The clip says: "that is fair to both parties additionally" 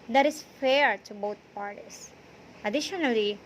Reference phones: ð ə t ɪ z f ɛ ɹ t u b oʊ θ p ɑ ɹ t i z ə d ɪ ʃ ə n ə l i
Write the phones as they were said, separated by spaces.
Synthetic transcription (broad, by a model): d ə t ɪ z f ɛ ɹ t u b oʊ t p ɑ ɹ t i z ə d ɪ ʃ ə n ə l i